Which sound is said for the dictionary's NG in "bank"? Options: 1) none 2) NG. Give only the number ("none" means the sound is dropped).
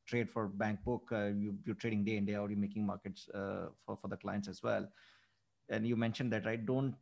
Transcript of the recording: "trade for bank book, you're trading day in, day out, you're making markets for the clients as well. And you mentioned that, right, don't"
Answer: 2